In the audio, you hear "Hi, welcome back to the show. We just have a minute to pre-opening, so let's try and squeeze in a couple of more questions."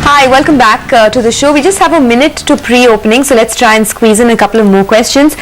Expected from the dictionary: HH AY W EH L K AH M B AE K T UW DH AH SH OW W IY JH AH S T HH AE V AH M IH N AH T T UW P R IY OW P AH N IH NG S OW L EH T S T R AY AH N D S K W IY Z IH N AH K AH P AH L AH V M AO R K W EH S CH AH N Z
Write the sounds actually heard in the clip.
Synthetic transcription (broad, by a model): HH AY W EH L K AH M B AE K T UW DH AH SH OW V IY JH AH S T HH AE V AH M IH N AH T T UW P R IY OW P AH N IH NG S OW L EH T S T R AY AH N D S K W IY Z IH N AH K AH P AH L AH V M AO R K W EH S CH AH N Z